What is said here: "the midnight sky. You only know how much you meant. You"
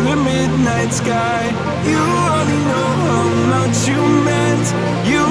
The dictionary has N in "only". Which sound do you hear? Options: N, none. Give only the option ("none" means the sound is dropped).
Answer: none